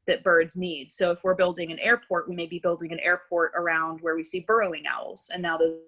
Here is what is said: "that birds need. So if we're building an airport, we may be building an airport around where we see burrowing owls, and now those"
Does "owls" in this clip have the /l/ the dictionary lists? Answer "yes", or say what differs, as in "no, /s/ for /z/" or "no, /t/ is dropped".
yes